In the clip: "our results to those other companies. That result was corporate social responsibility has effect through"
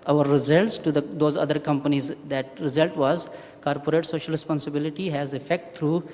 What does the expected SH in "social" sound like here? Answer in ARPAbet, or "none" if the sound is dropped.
SH